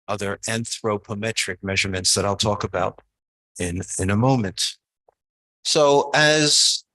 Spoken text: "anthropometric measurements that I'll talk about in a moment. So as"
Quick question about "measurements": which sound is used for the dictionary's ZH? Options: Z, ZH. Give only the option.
ZH